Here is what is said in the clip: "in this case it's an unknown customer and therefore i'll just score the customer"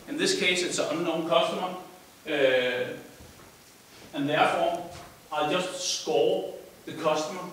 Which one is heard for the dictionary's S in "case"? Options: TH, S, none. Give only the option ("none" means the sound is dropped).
none